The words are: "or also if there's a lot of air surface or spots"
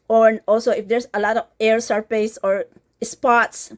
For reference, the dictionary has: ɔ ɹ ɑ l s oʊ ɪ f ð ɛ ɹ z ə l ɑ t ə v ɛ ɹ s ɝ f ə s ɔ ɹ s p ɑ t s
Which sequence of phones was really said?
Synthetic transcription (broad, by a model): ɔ ɹ ɑ l s oʊ ɪ f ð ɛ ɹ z ə l ɑ t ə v ɛ ɹ s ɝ p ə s ɔ ɹ s p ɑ t s